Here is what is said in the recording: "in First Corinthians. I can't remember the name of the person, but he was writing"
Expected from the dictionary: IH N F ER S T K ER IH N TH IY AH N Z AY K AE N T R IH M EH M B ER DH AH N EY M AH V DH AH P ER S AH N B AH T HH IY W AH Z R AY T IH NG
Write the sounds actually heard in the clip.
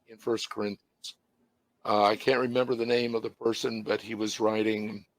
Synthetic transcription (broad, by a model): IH N F ER S K ER IH N TH IY AH N Z AY K AE N T R IH M EH M B ER DH AH N EY M AH V DH AH P ER S AH N B AH T HH IY W AH Z R AY T IH NG